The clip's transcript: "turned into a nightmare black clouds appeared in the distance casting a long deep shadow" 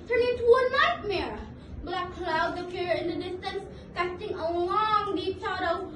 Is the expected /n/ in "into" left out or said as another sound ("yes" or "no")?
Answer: yes